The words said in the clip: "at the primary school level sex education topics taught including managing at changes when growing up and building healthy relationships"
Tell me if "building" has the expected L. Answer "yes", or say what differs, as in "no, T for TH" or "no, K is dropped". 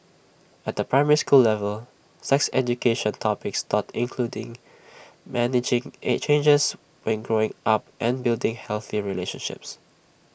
yes